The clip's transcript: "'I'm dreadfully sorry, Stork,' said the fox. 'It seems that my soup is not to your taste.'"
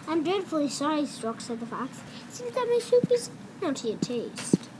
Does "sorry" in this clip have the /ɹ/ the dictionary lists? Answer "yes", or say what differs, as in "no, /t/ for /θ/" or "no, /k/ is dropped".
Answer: yes